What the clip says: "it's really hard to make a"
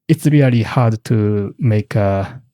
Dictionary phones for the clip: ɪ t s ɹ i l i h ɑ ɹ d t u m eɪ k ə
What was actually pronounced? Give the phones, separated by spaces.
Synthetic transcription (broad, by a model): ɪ t s ɹ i l i h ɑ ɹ d t u m eɪ k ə